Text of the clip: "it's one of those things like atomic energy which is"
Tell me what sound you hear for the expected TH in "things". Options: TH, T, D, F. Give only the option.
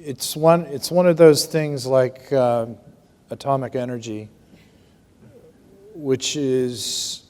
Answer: TH